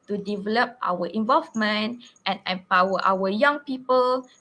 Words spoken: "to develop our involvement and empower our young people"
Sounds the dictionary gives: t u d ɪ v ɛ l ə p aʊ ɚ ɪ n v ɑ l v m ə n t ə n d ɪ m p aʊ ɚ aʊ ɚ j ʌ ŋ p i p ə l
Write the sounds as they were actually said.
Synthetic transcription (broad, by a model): t u d ɪ v ɛ l ə p aʊ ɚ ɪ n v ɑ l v m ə n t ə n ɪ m p aʊ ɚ aʊ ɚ j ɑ ŋ p i p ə l